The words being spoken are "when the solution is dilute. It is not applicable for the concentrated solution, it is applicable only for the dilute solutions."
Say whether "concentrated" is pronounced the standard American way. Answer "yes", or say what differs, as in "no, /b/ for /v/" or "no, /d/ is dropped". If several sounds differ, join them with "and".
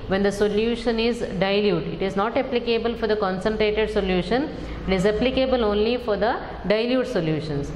yes